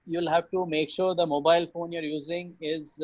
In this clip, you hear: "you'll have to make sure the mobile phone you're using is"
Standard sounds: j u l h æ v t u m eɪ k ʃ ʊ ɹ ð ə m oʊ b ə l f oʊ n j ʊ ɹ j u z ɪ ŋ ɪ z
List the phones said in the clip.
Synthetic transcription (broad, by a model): j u l h æ v t u m eɪ k ʃ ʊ ɹ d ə m oʊ b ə l f oʊ n j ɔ ɹ j u z ɪ ŋ ɪ z